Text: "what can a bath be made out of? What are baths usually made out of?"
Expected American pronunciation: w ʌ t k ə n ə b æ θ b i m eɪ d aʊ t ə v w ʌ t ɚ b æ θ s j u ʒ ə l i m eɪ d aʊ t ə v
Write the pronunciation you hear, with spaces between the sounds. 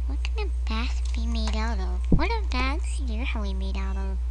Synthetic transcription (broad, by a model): w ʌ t k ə n ə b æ s b i m eɪ d aʊ t ə v w ʌ t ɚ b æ t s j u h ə w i m eɪ d aʊ t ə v